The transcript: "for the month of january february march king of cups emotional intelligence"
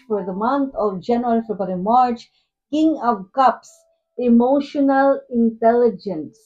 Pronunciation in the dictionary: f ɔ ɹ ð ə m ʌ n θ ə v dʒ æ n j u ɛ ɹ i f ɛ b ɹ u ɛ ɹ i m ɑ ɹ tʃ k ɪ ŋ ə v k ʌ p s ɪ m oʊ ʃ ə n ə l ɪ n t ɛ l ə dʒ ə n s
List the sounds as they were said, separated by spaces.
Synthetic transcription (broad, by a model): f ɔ ɹ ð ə m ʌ n t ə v dʒ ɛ n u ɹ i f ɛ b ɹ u ɹ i m ɑ ɹ tʃ k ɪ ŋ ə v k ʌ p s ɪ m oʊ ʃ ə n ə l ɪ n t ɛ l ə dʒ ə n s